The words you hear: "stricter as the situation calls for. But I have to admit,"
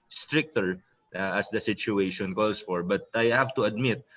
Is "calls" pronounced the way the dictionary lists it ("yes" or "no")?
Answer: no